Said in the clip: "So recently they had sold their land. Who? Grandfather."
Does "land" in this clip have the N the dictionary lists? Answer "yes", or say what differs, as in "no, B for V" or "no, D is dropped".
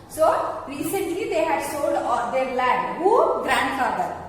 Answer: no, N is dropped